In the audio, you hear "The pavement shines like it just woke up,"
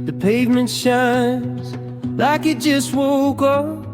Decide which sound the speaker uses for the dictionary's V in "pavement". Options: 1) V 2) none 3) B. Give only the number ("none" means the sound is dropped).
1